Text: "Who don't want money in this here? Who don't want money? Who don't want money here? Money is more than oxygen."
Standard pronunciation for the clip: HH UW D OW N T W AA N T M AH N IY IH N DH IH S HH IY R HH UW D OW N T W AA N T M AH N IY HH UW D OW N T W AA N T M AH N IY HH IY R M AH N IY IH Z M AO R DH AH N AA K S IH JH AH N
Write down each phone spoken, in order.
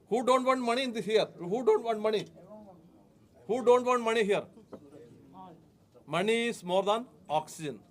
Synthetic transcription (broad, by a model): HH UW D OW N T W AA N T M AH N IY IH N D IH HH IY R HH UW D OW N T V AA N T M AH N IY HH UW D OW N T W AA N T M AH N IY HH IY R M AH N IY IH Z M AO R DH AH N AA K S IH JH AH N